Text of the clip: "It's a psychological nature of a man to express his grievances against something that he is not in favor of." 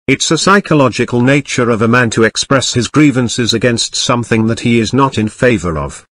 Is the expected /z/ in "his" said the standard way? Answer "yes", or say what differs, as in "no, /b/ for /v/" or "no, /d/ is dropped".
yes